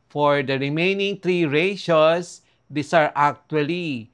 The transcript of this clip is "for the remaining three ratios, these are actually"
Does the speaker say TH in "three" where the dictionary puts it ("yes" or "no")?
no